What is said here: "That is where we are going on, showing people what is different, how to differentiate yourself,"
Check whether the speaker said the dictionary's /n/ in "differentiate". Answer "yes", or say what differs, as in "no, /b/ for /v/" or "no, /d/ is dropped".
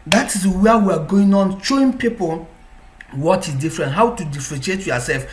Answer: no, /n/ is dropped